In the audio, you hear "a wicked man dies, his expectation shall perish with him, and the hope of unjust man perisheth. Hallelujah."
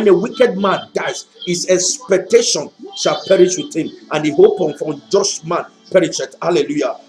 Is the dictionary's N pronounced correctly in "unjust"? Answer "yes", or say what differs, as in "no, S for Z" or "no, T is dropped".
no, N is dropped